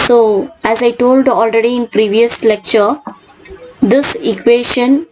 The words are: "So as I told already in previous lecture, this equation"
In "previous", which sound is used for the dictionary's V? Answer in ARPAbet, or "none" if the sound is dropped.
V